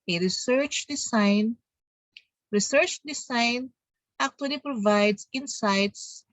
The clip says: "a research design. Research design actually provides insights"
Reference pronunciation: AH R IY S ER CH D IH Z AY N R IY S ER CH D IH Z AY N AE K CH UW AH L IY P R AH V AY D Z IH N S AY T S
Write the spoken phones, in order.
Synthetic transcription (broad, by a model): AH R IY S ER CH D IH S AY N R IY S ER CH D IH S AY N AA K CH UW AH L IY P R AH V AY D S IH N S AY T S